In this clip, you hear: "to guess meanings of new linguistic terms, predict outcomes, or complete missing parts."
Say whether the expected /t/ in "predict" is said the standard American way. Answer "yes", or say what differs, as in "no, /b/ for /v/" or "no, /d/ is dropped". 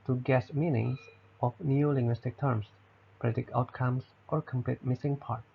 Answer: no, /t/ is dropped